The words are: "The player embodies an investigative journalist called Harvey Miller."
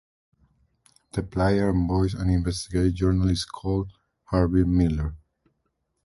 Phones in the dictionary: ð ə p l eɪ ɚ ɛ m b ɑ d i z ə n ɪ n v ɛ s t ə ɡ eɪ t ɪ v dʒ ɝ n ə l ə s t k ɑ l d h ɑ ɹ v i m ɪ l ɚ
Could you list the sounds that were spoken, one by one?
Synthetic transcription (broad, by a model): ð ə p l eɪ ɚ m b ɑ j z ə n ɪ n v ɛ s t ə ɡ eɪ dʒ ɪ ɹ n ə l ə s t k ɑ l d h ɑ ɹ b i m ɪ l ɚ